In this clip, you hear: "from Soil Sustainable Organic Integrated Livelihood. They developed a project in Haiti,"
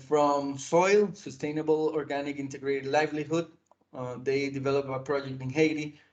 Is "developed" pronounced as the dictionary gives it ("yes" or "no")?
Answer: no